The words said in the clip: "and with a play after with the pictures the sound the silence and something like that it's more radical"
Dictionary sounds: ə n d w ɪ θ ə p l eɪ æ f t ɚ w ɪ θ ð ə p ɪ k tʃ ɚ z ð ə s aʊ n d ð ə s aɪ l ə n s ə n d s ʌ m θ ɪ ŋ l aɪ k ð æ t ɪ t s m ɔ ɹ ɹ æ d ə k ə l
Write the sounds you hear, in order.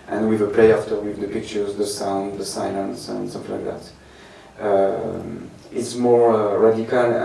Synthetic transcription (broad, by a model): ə n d w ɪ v ə p l eɪ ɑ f t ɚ w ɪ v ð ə p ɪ k tʃ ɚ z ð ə s aʊ n d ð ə s aɪ l ə n s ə n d s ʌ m f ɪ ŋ l aɪ k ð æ t ɪ t s m ɔ ɹ ɹ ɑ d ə k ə l